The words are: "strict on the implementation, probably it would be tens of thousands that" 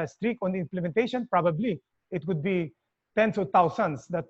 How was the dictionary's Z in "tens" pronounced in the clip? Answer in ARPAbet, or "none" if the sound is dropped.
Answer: S